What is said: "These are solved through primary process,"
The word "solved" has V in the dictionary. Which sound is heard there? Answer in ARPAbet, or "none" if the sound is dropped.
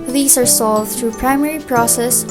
V